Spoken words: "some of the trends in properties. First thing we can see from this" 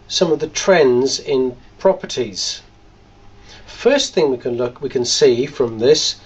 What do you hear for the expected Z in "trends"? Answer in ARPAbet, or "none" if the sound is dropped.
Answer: Z